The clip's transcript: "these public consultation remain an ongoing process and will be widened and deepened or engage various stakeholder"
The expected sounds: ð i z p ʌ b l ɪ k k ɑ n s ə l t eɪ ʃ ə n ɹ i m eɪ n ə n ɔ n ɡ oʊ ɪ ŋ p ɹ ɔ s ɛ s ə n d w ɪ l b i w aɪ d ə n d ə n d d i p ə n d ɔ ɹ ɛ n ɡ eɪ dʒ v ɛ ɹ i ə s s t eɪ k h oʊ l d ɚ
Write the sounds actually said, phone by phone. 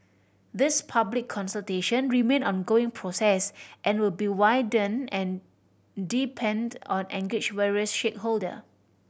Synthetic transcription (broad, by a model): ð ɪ s p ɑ b l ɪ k k ɑ n s ə l t eɪ ʃ ə n ɹ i m eɪ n n ɔ n ɡ oʊ ɪ ŋ p ɹ ɔ s ɛ s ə n w ɪ l b i w aɪ d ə n ə n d d i p ə n d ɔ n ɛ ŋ ɡ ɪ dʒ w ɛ ɹ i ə s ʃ eɪ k h oʊ l d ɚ